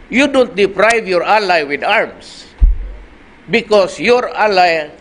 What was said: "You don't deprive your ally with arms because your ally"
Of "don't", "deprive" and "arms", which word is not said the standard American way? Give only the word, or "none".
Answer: arms